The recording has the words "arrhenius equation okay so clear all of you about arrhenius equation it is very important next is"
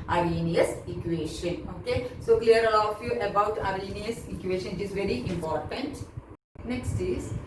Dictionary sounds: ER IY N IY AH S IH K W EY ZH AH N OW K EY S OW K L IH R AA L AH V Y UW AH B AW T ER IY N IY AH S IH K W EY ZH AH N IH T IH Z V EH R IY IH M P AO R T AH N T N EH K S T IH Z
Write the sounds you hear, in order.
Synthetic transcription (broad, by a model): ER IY N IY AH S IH K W EY SH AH N OW K EY S OW K L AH R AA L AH F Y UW AH B AW T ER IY N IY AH S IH K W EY SH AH N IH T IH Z V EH R IY IH M P AO R T AH N T N EH K S T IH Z